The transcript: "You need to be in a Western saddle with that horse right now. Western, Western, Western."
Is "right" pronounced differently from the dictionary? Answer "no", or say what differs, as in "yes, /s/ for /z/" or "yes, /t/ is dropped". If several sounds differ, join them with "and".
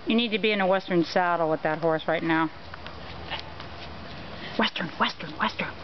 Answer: no